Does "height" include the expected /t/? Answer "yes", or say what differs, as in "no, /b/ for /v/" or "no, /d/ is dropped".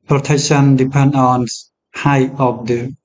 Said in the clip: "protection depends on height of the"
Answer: no, /t/ is dropped